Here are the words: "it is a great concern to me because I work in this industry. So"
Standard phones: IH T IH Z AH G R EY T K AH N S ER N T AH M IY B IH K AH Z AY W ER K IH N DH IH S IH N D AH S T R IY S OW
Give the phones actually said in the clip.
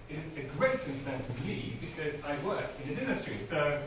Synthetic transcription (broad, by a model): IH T IH Z AH G R EY T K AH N S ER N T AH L IY B IH K AH Z AY W ER K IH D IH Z IH N D AH S T R IY S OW